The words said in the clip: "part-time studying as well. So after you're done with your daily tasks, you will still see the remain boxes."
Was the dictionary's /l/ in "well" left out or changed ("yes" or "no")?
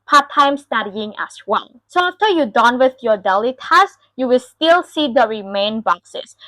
yes